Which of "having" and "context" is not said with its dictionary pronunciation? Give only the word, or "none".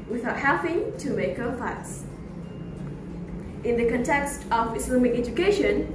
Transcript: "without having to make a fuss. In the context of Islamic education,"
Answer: having